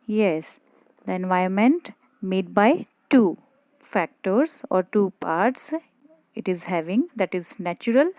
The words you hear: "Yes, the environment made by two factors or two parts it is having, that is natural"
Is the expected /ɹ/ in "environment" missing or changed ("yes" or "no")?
yes